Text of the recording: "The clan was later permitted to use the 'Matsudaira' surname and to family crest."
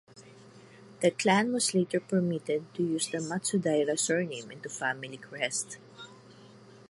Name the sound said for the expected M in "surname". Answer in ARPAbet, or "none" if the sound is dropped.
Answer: M